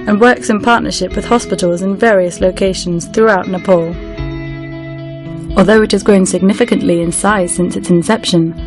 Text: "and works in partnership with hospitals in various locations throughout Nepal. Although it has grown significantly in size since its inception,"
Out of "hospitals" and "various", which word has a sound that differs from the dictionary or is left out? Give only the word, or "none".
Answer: none